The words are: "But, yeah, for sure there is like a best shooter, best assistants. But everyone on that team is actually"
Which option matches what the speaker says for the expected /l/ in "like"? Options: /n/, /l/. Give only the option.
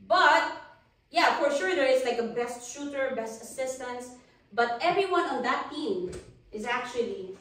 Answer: /l/